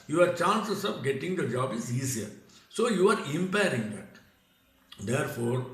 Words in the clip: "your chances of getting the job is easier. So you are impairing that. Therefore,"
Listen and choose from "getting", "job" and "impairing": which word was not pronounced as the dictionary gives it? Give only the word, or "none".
none